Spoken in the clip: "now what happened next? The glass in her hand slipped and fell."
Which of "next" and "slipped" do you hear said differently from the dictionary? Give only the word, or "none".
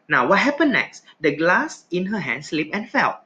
slipped